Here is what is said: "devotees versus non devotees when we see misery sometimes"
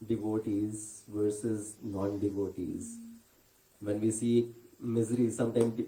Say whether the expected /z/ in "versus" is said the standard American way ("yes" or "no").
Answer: yes